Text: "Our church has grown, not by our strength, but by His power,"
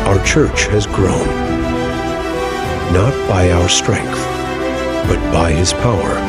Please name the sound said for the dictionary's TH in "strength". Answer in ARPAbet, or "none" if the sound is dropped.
TH